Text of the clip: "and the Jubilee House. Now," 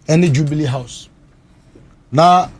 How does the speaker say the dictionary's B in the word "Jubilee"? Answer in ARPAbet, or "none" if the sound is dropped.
B